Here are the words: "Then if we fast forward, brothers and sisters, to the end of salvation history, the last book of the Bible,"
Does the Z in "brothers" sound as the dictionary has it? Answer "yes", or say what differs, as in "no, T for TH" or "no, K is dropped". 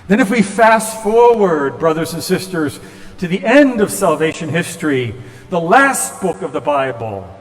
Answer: yes